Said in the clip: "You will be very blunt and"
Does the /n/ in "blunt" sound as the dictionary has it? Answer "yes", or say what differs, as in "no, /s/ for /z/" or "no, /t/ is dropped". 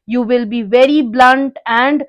yes